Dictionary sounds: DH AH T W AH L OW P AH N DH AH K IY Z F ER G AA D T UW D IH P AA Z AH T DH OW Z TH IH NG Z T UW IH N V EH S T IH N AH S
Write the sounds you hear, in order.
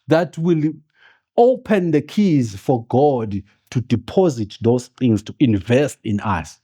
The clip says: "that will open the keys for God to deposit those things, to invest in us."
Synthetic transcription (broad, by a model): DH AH T W AH L OW P AH N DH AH K IY Z F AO G AA D T UW D IH P AA Z AH T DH OW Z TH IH NG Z T UW IH N V EH S T IH N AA S